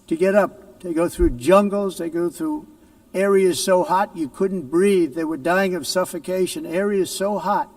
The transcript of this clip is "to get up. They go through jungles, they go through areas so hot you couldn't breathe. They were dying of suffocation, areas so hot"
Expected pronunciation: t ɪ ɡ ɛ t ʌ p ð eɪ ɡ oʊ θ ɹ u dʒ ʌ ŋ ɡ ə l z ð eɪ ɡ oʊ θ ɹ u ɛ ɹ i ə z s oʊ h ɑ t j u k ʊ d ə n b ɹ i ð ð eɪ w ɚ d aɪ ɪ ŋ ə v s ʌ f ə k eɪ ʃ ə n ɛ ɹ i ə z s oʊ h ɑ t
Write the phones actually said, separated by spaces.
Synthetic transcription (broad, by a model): t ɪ ɡ ɛ t ʌ p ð eɪ ɡ oʊ θ ɹ u dʒ ʌ ŋ ɡ l z ð eɪ ɡ oʊ θ ɹ u ɛ ɹ i ə z s oʊ h ɑ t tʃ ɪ k ʊ d n b ɹ i ð ð eɪ w ɚ d aɪ ɪ ŋ ə v s ʌ f ə k eɪ ʃ ə n ɛ ɹ i ə z s oʊ h ɑ t